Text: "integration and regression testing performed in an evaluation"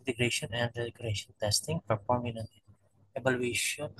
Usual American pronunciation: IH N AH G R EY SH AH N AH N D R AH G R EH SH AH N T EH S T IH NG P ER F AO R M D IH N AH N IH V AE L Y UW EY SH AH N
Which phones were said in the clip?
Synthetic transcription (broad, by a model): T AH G R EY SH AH N AH N D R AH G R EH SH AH N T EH S T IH NG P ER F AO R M IH N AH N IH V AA L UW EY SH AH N